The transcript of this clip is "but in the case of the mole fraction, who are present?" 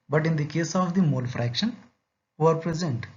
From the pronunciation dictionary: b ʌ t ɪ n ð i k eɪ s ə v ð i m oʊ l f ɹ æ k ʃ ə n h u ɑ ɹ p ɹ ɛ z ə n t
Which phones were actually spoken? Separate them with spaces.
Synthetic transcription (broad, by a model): b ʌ t ɪ n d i k eɪ s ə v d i m oʊ l f ɹ æ k ʃ ə n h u ɑ ɹ p ɹ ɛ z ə n t